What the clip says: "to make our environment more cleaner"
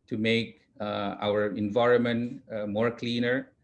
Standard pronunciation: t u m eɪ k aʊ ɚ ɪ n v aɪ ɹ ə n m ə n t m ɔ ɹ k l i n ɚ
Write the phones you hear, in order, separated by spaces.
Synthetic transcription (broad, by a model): t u m eɪ k aʊ ɚ ɪ n v aɪ ɹ ə n m ə n t m ɔ ɹ k l i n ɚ